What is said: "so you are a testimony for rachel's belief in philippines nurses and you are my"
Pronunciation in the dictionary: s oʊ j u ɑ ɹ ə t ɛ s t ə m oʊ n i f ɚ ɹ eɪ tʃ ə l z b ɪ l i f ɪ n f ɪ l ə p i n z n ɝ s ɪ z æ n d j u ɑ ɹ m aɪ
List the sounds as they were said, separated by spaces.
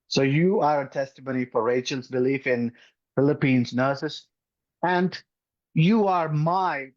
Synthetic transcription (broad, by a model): s oʊ j u ɑ ɹ ə t ɛ s t ə m oʊ n i f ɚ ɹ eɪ tʃ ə l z b ɪ l i f ɪ n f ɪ l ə p i n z n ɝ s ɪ s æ n d j u ɑ ɹ m aɪ